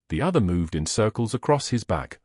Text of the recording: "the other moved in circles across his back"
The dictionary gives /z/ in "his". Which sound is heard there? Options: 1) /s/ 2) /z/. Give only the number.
2